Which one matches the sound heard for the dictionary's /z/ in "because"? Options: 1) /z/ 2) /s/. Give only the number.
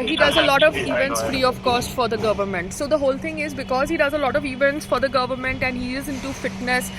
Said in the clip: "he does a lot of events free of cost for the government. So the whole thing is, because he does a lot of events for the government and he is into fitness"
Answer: 1